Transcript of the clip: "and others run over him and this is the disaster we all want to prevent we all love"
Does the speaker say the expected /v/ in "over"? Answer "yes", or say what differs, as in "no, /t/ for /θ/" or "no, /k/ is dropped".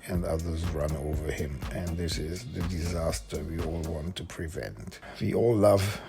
yes